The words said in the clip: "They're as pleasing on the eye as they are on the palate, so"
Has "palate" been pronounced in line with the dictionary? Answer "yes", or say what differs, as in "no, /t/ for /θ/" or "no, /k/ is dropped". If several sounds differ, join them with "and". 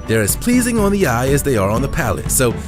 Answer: yes